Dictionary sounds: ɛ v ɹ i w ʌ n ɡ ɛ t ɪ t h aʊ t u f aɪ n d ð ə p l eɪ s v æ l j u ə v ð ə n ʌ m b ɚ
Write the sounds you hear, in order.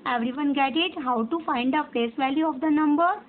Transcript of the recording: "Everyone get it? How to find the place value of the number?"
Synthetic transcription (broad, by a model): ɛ v ɹ i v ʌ n ɡ ɛ t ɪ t h aʊ t u f aɪ n d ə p eɪ s v æ l j u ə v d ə n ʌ m b ɚ